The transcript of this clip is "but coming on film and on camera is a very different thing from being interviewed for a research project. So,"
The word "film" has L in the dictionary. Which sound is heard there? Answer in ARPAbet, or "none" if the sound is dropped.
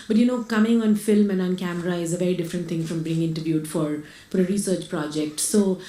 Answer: L